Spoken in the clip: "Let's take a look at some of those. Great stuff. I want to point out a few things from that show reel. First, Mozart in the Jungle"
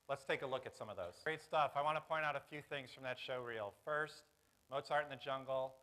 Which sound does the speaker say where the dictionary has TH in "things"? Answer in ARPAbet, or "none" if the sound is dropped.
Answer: TH